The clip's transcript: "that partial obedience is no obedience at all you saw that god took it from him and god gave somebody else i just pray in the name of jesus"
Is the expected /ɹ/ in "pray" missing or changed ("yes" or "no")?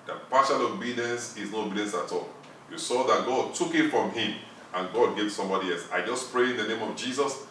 no